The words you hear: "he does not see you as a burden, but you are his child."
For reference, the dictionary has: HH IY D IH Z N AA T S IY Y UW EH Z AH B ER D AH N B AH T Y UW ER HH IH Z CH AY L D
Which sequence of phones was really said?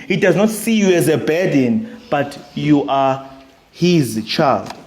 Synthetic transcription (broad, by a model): HH IY D IH Z N AA T S IY Y UW EH Z AH B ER D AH N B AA T Y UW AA HH IH Z CH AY L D